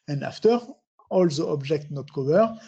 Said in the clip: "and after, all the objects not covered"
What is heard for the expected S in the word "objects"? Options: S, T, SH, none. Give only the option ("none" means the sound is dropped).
none